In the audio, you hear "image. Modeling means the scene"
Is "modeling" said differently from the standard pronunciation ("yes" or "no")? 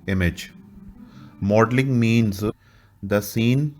no